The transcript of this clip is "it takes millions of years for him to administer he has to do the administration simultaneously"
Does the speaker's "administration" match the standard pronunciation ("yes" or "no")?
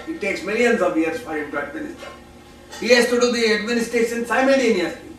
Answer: no